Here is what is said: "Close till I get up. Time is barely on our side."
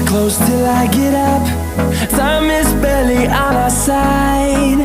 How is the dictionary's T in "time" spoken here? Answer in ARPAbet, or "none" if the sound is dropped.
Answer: S